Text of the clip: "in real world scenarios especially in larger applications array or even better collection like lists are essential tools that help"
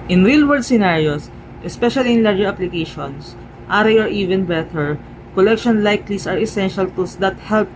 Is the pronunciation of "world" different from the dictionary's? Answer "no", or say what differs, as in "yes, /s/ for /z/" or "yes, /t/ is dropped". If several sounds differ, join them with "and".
yes, /l/ is dropped